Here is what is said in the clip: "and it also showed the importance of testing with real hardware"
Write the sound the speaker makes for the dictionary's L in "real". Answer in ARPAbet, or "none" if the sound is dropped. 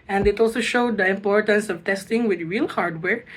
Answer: L